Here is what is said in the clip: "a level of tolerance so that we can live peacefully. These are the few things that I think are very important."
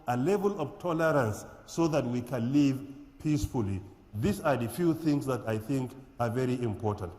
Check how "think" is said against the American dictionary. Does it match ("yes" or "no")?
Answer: yes